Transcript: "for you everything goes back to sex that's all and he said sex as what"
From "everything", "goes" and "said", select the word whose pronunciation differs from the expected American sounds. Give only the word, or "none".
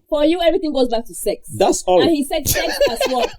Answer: none